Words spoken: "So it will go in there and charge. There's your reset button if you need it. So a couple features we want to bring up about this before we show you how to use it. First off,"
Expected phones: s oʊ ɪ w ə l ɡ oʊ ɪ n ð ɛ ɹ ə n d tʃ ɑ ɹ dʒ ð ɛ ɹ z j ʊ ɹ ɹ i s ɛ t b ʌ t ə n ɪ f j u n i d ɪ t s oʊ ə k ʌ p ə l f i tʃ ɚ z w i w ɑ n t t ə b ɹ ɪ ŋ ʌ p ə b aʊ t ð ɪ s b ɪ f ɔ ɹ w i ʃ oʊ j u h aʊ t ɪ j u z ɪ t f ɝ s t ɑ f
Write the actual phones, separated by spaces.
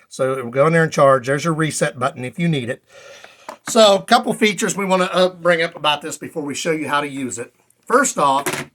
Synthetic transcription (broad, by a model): s oʊ ɪ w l ɡ oʊ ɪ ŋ ð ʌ ɹ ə n tʃ ɑ ɹ dʒ ð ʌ ɹ z j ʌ ɹ ɹ i s ɛ t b ʌ t n ɪ f j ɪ n i d ɪ t s oʊ ə k ʌ p l f i tʃ ɚ z w i w ɑ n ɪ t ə b ɹ ɪ ŋ ʌ p ə b aʊ t ð ɪ s b ɪ f ɔ ɹ w i ʃ oʊ j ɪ h aʊ t ɪ j u z ɪ t f ɝ s t ɑ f